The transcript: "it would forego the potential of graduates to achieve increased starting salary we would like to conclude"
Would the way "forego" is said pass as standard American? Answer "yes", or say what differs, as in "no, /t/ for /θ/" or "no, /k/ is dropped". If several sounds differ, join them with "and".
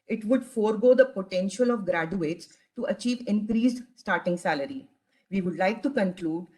yes